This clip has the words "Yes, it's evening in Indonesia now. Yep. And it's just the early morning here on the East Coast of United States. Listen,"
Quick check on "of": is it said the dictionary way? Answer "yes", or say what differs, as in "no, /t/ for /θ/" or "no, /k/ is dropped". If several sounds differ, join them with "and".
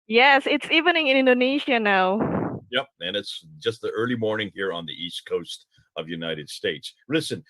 yes